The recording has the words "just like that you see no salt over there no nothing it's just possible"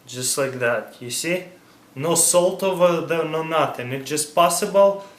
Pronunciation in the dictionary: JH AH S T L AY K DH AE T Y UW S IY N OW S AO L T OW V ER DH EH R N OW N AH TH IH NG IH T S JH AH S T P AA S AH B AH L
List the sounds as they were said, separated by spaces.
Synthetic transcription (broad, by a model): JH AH S T L AY K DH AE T Y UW S IY N OW S AO L T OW V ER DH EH N OW N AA T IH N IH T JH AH S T P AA S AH B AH L